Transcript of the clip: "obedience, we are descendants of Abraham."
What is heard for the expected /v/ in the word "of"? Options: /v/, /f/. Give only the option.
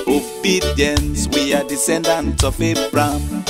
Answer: /f/